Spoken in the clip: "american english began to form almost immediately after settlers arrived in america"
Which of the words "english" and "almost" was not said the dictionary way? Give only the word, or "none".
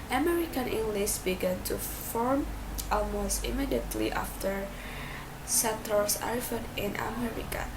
english